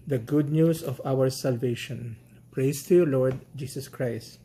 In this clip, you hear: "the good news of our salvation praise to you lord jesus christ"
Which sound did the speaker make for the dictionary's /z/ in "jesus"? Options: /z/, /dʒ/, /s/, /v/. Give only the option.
/s/